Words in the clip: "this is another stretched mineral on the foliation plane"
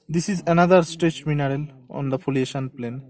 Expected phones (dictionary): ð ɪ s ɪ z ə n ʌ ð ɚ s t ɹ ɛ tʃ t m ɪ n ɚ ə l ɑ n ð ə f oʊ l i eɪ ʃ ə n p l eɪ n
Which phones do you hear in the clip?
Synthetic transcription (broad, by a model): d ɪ s ɪ z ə n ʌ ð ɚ s t ɛ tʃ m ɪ n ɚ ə l ɑ n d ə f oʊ l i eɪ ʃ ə n p l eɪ n